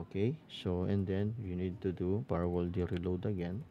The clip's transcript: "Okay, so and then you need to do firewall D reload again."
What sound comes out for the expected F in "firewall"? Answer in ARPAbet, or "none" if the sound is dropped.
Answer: P